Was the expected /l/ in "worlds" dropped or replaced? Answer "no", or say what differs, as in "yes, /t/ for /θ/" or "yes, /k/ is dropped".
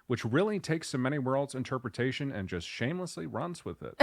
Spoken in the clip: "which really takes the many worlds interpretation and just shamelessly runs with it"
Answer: no